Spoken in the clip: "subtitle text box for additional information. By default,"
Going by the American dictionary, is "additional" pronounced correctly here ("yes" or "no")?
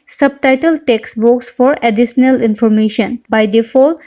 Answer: no